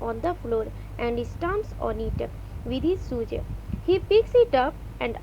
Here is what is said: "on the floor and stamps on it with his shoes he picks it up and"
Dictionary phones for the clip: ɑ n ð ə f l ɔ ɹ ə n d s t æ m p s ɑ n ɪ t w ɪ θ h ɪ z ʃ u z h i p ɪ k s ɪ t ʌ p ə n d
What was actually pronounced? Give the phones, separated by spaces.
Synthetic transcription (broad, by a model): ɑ n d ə f l ɔ ɹ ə n d s t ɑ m s ɑ n ɪ t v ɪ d h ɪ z s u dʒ h i p ɪ k s ɪ t ʌ p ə n d